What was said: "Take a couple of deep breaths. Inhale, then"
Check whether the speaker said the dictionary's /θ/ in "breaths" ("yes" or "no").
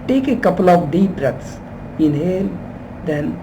no